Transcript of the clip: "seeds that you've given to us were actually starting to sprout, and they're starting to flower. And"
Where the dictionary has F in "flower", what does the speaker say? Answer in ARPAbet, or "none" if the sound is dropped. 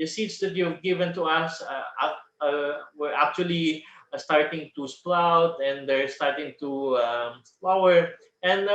P